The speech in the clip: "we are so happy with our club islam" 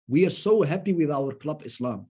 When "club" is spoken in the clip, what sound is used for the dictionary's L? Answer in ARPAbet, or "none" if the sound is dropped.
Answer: L